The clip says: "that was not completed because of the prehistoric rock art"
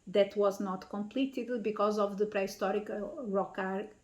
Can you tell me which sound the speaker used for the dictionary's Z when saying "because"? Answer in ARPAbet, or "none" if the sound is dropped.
Z